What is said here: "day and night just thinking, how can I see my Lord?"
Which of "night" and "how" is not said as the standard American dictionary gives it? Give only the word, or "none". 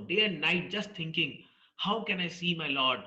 none